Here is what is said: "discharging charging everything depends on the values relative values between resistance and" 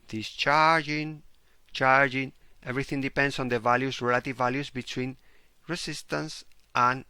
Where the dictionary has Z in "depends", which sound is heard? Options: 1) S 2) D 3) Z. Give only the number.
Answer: 1